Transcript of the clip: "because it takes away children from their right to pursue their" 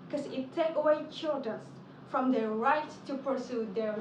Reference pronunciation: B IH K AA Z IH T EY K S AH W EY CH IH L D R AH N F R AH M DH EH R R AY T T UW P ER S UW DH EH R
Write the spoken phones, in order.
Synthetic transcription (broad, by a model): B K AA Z IH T EY K AH W EY CH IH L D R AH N F R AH M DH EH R R AY T T UW P ER S UW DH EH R